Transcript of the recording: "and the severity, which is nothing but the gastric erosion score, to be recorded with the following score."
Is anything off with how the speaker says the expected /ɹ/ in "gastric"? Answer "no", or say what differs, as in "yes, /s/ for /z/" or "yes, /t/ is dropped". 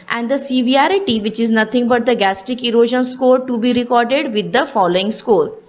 yes, /ɹ/ is dropped